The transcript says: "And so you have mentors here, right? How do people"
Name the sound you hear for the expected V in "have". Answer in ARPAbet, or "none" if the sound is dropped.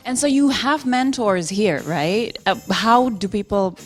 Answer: V